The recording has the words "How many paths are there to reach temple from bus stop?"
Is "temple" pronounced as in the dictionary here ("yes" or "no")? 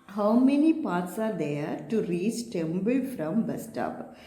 no